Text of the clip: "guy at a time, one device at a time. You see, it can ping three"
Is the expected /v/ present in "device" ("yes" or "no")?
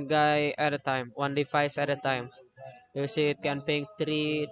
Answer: no